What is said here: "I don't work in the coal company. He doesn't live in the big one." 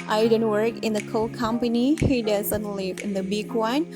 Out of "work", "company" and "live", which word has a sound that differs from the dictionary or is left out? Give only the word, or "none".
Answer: none